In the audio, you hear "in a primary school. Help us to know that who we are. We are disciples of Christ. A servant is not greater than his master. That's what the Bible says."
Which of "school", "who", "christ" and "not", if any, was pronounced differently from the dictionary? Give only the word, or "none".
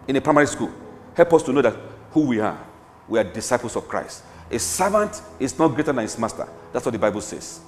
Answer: none